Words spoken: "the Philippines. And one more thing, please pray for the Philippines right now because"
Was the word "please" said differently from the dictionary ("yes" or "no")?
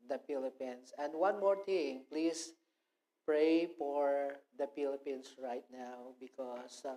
yes